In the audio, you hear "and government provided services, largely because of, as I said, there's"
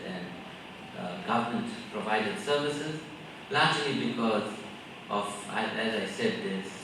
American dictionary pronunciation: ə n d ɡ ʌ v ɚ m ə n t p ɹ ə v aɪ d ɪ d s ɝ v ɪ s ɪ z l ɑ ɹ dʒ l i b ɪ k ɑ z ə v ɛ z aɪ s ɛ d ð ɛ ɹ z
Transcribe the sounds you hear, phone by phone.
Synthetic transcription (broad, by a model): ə n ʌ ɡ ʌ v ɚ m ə n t p ɹ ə v aɪ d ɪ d s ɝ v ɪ s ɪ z l ɑ ɹ dʒ l i b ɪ k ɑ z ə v ɛ z aɪ s ɛ d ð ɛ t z